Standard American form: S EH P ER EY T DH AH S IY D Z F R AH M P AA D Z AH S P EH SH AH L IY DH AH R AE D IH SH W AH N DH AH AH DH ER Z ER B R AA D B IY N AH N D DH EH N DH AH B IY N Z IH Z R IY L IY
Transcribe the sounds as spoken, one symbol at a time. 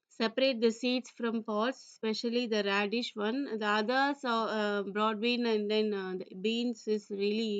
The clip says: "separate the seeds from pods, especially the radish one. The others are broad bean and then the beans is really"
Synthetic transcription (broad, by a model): S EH P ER EY T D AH S IY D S F R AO M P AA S S P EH SH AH L IY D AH R AE D IH SH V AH N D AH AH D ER S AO B R AA D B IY N AH N D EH N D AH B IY N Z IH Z R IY L IY